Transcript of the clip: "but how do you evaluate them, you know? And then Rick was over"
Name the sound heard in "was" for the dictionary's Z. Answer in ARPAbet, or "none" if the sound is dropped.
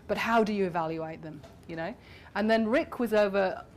Z